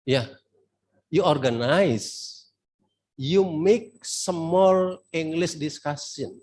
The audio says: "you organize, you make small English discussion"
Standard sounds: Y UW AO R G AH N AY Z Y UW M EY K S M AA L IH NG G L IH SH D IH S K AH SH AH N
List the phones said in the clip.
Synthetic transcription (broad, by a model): Y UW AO R G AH N AY S Y UW M EY K S M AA L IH NG G L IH S D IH S K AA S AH N